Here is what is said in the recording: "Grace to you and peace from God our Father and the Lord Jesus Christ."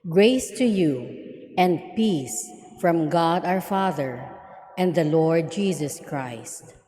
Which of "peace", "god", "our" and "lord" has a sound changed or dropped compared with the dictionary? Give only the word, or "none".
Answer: none